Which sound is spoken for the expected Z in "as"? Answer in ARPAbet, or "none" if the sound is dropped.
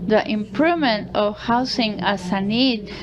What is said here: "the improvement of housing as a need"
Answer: S